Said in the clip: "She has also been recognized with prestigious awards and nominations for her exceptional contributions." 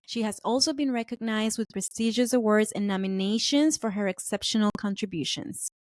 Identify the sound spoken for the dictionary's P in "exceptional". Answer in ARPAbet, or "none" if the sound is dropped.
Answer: P